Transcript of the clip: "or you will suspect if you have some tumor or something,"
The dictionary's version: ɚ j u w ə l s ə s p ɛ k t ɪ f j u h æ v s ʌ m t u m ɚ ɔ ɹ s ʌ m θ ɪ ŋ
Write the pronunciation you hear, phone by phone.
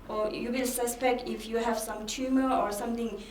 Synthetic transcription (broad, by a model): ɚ j u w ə l s ə s p ɛ k t ɪ f j u h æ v s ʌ m t u m ɚ ɔ ɹ s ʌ m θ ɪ ŋ